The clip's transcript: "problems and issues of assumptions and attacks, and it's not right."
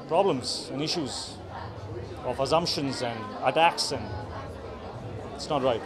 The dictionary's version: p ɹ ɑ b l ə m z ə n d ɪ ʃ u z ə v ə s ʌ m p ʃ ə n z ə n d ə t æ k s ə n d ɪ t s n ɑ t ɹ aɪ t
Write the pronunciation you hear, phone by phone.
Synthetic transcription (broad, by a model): p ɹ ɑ b l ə m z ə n ɪ ʃ u z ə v ə s ʌ m p ʃ ə n z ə n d ə t æ k s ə n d ɪ t s n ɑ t ɹ aɪ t